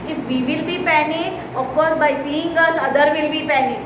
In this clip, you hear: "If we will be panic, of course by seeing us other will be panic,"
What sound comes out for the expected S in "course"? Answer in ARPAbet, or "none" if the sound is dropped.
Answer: none